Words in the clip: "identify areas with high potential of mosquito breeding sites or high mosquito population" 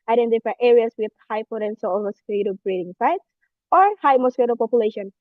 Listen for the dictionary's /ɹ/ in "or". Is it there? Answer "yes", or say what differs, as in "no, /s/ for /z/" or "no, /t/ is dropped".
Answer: yes